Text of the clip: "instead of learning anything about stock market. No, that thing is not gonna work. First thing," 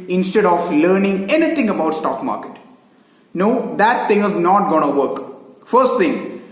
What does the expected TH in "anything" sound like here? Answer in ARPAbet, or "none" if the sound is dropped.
T